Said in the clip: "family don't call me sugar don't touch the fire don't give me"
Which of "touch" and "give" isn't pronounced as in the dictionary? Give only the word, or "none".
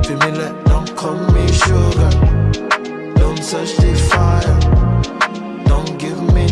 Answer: touch